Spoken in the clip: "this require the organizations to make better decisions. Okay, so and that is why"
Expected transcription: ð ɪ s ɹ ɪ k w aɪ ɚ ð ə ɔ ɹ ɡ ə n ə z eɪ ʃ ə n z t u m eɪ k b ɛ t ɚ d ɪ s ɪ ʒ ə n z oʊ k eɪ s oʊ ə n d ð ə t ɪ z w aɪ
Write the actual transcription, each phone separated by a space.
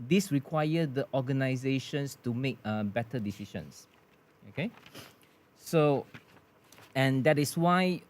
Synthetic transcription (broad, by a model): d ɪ s ɹ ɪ k w aɪ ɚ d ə ɔ ɡ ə n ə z eɪ ʃ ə n s t u m eɪ k b ɛ t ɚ d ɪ s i ʃ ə n s oʊ k eɪ s oʊ ə n d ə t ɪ s w aɪ